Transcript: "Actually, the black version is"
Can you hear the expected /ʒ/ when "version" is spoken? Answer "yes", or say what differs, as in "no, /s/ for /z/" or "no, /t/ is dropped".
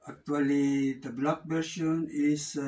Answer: no, /ʃ/ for /ʒ/